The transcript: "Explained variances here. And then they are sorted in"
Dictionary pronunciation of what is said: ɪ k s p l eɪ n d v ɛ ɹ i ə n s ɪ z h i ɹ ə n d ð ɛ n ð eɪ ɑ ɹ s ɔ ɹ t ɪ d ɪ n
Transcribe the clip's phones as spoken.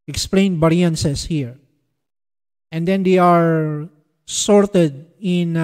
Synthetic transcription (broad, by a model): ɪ k s p l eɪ n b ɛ ɹ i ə n s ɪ s h i ɹ ə n d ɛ n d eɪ ɑ ɹ s ɔ ɹ t ɪ d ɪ n